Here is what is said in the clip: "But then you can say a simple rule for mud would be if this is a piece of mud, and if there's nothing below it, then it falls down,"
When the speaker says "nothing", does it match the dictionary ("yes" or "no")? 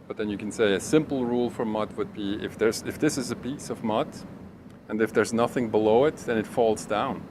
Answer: yes